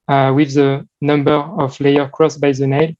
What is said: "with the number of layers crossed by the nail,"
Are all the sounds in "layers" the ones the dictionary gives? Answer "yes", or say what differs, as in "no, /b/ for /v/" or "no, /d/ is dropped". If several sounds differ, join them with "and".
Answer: no, /z/ is dropped